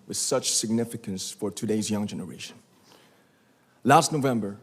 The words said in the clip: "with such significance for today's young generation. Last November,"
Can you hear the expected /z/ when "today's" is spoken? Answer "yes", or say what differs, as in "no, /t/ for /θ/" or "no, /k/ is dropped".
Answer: yes